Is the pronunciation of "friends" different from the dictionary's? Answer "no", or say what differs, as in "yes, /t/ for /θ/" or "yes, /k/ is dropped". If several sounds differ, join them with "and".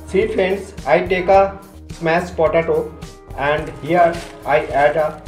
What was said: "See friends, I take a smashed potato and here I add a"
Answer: yes, /ɹ/ is dropped and /s/ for /z/